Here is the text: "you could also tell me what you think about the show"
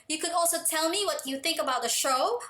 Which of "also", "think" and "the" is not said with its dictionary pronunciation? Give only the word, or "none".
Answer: none